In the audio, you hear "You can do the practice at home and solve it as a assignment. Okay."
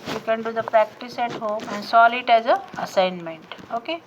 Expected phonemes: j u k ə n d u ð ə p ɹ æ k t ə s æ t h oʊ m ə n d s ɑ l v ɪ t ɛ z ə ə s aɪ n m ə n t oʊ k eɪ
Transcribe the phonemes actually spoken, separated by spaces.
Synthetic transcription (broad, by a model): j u k ə n d u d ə p ɹ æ k t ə s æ t h oʊ m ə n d s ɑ l ɪ t ɛ z ə ə s aɪ n m ə n t oʊ k eɪ